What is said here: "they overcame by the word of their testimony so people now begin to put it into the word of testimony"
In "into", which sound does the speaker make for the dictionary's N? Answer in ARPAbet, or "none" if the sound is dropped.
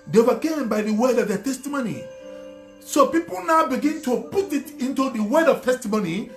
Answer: N